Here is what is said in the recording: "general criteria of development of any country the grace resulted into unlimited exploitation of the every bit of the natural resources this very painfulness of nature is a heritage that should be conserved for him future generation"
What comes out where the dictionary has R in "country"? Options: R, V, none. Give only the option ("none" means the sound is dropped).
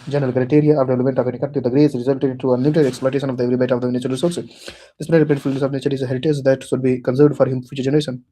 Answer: none